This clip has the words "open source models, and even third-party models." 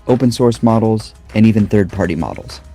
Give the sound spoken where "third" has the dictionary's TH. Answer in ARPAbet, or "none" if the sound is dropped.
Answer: TH